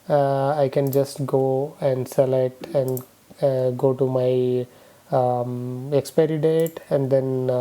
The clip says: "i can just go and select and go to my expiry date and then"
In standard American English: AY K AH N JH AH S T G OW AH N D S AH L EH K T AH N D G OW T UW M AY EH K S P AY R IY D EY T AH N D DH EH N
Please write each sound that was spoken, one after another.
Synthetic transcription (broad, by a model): AY K AH N JH AH S T G OW AH N D S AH L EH T AH N D G OW T UW M AY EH K S P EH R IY D EY T AH N D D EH N